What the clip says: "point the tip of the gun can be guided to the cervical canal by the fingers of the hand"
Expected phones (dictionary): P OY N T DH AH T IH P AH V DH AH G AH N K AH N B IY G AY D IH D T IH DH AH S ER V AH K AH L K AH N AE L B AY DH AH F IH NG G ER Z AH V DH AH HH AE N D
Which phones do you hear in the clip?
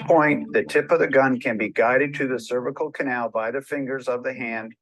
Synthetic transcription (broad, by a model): P OY N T DH AH T IH P AH V DH AH G AH N K AH N B IY G AY D IH D T IH DH AH S ER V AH K L K AH N AE L B AY DH AH F IH NG G ER Z AH V DH AH HH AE N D